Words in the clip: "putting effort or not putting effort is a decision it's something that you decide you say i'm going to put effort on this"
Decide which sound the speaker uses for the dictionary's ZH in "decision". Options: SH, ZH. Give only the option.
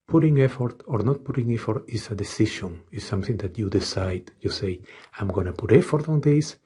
SH